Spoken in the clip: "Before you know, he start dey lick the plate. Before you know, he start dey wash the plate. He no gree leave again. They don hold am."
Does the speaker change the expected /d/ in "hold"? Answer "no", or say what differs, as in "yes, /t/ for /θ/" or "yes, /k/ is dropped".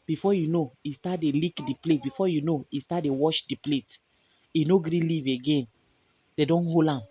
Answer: yes, /d/ is dropped